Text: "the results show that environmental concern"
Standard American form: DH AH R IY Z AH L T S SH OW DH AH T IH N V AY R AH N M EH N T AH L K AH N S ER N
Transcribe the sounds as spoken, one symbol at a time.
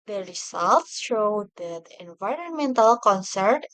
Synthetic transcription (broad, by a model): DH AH R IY S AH L T S SH OW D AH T IH N V AY R AH N M EH N T AH L K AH N S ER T